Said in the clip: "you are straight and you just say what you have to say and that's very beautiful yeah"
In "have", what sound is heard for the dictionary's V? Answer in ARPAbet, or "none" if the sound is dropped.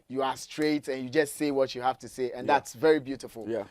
F